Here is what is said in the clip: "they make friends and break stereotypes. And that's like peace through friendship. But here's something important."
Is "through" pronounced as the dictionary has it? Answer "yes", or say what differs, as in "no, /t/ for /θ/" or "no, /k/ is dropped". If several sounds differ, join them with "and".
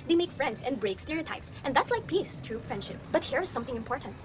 no, /t/ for /θ/